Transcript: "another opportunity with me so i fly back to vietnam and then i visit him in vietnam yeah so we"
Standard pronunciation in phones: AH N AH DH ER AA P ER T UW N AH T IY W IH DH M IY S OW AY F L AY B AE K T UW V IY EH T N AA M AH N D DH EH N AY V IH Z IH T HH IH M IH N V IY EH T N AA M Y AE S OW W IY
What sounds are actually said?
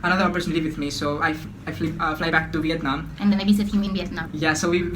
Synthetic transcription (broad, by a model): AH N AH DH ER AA P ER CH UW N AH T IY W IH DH M IY S OW AY F L AY B AE K T UW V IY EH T N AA M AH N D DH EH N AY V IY S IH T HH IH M IH N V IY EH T N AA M Y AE S OW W IY